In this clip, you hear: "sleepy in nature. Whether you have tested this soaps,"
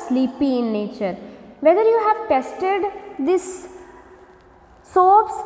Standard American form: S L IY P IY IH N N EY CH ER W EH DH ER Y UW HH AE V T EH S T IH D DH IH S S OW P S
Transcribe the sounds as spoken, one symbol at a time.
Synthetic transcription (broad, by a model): S L IY P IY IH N N EY CH ER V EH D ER Y UW HH AE V T EH S T IH D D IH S S OW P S